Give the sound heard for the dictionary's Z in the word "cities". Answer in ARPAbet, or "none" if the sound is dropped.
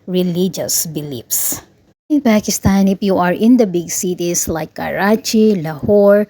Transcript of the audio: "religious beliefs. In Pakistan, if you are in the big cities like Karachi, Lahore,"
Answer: S